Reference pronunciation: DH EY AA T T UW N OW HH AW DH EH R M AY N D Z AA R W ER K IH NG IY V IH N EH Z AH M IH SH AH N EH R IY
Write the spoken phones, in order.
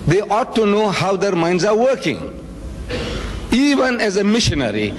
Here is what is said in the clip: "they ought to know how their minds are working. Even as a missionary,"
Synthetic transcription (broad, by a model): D EY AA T T UW N OW HH AW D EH R M AY N D Z AA R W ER K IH NG IY V IH N EH Z AH M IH SH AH N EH R IY